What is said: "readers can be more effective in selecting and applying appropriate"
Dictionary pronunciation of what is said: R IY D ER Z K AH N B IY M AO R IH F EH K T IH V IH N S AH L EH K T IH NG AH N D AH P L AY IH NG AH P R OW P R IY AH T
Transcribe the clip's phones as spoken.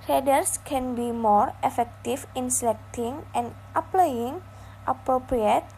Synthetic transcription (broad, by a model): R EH D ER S K AH N B IY M AO R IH F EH K T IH F IH N S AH L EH K T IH NG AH N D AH P L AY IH NG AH P R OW P R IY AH T